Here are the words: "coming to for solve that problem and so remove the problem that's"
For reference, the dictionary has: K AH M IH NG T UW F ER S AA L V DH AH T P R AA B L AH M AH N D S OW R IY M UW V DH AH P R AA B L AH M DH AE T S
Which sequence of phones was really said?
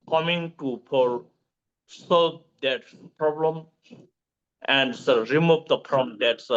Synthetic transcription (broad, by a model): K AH M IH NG T UW P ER S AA L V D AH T P R AA B L AH M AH N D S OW R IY M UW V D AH P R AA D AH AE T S